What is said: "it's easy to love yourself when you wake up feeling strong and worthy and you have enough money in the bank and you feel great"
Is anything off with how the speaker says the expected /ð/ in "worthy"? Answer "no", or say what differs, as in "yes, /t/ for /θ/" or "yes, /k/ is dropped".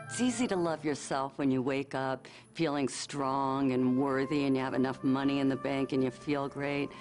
no